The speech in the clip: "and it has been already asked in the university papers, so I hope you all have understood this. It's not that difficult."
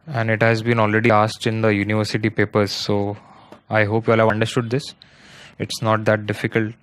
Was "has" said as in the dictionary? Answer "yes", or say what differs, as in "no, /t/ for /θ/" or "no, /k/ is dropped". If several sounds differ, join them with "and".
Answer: yes